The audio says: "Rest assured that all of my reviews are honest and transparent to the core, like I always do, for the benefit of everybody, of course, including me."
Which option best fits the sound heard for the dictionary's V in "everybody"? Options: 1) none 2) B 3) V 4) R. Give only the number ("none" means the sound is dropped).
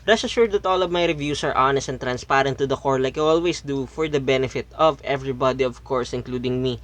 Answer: 3